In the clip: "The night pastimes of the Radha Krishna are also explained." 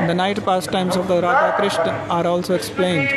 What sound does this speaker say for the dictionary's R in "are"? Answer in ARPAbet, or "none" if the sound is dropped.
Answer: R